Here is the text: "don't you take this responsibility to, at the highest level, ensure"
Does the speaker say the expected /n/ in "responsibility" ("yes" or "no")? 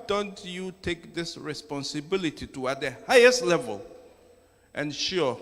yes